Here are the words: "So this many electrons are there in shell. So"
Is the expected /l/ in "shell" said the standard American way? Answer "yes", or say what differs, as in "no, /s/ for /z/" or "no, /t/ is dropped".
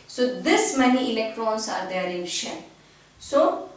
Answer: no, /n/ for /l/